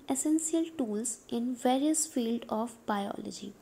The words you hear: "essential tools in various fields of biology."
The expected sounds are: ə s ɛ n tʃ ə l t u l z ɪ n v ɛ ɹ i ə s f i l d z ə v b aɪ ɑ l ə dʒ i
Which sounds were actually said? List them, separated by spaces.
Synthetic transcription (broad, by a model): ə s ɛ n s ə l t u l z ɪ n v ɛ ɹ i ə s f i l d ə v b aɪ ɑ l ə dʒ i